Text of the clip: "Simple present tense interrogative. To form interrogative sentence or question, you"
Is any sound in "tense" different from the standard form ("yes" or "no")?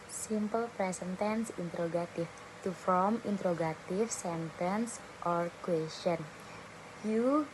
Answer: no